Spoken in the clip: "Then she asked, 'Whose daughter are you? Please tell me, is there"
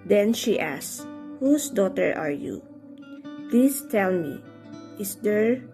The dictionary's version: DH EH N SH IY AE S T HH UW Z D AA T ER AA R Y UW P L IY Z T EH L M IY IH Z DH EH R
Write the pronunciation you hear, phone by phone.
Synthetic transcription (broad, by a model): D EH N SH IY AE S HH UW S D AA T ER AA R Y UW P L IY S T EH L M IY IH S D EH R